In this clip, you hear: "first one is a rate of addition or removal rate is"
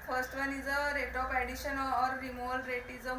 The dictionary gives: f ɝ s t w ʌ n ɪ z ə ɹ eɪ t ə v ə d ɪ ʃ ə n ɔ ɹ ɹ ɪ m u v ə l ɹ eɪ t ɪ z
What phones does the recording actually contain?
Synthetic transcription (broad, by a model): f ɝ s t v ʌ n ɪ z ə ɹ eɪ t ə p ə d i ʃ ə n ɔ ɹ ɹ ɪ m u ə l ɹ eɪ t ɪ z